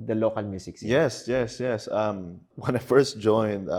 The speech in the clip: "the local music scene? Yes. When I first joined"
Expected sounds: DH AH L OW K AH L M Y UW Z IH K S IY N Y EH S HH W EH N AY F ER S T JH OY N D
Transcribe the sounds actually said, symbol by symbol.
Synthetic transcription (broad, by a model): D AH L OW K AH L M Y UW S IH K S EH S Y EH S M W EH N AY F ER S T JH OY N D